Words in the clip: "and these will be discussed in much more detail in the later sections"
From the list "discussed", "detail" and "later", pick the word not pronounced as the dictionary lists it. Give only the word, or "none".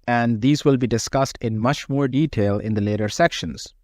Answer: none